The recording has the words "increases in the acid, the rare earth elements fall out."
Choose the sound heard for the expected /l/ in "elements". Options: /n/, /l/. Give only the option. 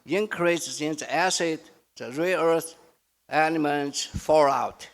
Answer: /n/